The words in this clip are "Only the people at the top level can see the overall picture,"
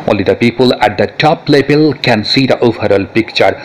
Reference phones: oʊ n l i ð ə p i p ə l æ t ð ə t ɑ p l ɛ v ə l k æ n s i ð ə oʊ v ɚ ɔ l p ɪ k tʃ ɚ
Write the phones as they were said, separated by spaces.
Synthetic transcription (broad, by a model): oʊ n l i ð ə p i p ə l æ t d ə t ɑ p l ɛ b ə l k æ n s i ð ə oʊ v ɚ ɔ l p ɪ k tʃ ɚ